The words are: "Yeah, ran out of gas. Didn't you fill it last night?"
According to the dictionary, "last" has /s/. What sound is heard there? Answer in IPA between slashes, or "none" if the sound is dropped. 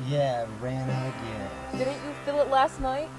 /s/